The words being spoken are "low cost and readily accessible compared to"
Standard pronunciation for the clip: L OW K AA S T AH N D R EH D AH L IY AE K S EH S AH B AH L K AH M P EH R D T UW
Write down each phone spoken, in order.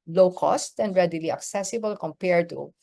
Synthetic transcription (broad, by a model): L OW K AA S T AH N D R EH D AH L IY AE K S EH S AH B AH L K AH M P EH R D T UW